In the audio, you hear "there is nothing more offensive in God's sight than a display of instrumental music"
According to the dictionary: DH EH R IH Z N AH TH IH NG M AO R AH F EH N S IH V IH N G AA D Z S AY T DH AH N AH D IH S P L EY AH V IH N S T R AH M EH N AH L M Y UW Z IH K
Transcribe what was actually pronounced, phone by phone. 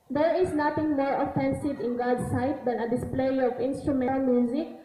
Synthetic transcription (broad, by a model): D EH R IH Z N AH T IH NG M AO R AH F EH N S IH V IH N G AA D S AY T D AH N AH D IH S P L EY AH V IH N S T R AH M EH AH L M Y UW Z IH K